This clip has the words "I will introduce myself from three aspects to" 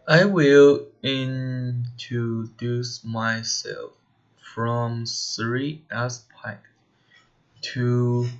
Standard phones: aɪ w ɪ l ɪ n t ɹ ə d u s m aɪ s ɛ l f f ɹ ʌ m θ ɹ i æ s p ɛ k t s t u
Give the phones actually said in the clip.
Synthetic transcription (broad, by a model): aɪ w ɪ l ɪ n t ɹ ə d u s m aɪ s ɛ l f f ɹ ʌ m s ɹ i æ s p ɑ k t t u